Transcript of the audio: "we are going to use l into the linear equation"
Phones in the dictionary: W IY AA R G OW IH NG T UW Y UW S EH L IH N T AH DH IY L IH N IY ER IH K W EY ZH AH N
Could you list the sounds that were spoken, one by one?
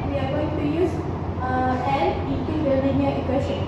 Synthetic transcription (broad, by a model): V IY AA R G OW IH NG T UW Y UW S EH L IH T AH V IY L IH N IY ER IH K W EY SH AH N